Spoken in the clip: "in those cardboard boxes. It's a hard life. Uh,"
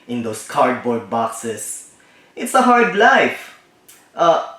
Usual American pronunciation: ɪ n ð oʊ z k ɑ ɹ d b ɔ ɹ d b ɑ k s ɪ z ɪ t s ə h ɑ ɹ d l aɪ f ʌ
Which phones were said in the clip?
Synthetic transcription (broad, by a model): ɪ n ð oʊ s k ɑ ɹ d b ɔ ɹ d b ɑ k s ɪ s ɪ t s ə h ɑ ɹ d l aɪ f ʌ